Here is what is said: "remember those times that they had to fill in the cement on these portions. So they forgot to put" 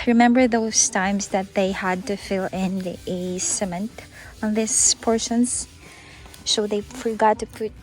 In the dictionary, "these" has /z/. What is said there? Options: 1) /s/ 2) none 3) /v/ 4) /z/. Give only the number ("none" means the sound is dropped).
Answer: 1